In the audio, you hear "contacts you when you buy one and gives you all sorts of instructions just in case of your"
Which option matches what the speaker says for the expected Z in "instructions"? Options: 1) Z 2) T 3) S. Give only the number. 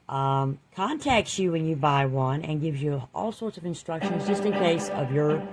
1